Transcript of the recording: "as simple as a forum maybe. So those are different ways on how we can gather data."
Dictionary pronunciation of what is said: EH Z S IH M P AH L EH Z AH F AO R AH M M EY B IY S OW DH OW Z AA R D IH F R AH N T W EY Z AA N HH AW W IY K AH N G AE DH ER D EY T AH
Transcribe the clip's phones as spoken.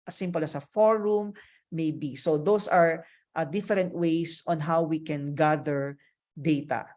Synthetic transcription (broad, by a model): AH S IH M P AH L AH S AH F AO R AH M M EY B IY S OW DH OW S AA R D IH F R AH N T W EY S AA N HH AW W IY K AH N G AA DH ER D EY T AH